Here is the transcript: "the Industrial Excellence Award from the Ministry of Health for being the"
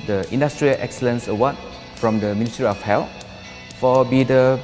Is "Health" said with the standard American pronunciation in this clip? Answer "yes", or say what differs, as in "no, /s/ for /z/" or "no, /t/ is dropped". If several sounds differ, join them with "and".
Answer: no, /t/ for /θ/